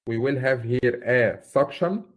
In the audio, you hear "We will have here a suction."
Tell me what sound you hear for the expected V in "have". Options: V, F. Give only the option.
V